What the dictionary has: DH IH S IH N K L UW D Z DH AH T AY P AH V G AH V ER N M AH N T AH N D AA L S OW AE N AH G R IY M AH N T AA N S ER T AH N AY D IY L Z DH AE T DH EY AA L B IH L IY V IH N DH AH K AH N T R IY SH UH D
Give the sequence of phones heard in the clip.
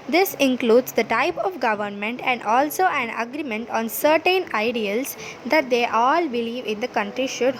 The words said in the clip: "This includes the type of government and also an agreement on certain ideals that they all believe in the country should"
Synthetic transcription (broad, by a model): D IH S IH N K L UW D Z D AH T AY P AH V G AH V ER N M AH N T AH N D AA L S OW AE N AH G R IY M AH N T AA N S ER T AH N AY D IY L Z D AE T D EY AA L B IH L IY V IH N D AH K AH N T R IY SH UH D